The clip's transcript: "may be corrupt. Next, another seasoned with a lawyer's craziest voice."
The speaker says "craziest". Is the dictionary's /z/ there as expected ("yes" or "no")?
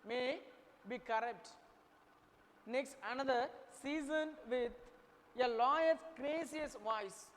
no